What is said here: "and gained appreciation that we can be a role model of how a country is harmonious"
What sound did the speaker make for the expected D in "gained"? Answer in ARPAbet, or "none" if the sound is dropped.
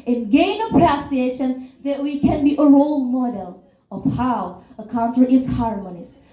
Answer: none